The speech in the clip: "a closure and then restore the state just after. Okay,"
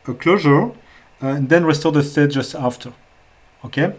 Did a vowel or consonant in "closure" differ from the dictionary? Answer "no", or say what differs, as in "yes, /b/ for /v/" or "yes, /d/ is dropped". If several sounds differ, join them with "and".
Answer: no